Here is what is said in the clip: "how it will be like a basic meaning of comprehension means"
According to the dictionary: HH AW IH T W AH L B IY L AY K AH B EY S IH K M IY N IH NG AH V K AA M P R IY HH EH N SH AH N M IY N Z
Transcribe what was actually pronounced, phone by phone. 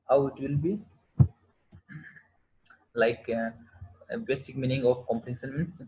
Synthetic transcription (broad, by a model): HH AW IH T W AH L B IY L AY K B EY S IH K M IY N IH NG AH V K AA M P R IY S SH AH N M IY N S